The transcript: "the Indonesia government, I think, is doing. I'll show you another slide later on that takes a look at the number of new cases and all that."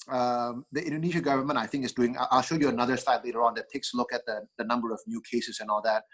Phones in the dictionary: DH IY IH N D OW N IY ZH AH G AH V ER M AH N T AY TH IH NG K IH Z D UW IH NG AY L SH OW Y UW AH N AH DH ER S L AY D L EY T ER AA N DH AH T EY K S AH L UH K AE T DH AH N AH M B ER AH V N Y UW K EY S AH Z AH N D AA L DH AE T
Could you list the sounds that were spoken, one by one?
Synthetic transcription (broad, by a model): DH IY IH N D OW N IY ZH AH G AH V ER M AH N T AY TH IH NG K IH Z D UW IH NG AY L SH OW Y UW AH N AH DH ER S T AY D L EY T ER AA N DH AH T EY K S L UH K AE T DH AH N AH M B ER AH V N Y UW K EY S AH S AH N AA L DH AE T